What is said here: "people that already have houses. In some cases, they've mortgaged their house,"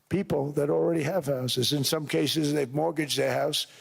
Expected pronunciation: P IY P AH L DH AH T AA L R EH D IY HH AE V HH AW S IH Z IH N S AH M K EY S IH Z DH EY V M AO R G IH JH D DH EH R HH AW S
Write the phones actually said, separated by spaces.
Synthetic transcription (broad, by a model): P IY P L DH AH T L R EH D IY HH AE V HH AW S IH Z IH N S AH M K EY S IH Z DH EY V M AO R G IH JH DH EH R HH AW S